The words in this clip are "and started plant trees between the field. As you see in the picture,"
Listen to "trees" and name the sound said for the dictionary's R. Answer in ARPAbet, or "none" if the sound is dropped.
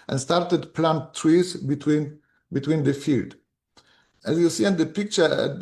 W